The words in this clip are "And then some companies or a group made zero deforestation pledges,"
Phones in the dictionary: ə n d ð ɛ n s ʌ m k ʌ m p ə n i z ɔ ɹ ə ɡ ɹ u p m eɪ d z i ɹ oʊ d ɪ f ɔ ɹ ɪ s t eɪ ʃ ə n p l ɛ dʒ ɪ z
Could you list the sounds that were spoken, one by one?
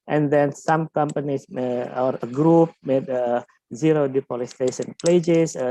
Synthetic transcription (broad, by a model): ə n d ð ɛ n s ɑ m k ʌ m p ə n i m ɔ ɹ ə ɡ ɹ u p m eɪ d z i ɹ oʊ d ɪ p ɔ l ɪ s t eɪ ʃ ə n p l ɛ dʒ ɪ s